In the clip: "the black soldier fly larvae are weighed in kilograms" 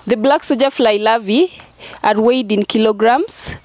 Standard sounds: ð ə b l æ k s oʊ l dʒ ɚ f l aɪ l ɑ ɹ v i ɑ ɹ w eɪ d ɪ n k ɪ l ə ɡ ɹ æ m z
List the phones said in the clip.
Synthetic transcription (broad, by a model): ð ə b l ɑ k s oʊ dʒ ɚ f l aɪ l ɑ v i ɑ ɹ w eɪ d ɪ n k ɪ l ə ɡ ɹ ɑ m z